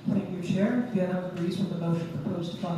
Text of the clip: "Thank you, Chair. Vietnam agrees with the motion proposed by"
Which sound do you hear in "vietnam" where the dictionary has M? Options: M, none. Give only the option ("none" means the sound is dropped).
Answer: none